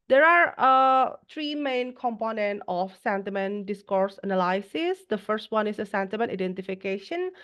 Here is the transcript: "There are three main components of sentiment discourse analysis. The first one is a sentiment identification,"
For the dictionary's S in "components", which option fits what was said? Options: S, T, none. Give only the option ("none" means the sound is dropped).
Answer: none